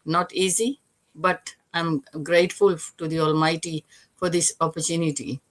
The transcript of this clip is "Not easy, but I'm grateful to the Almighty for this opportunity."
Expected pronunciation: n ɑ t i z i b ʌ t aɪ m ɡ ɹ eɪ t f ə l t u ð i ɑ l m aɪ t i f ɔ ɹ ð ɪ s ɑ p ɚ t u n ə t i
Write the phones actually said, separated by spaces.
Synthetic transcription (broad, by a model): n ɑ t i z i b ʌ t aɪ m ɡ ɹ eɪ t f ə l t u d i ɑ l m aɪ t i f ɔ ɹ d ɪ s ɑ p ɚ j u n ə t i